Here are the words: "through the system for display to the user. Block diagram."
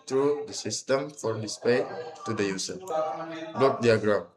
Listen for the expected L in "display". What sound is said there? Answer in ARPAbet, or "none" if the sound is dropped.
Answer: none